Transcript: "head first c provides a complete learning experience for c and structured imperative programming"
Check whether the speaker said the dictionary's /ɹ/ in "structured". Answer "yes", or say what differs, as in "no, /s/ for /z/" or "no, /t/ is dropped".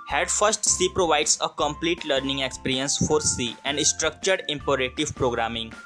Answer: yes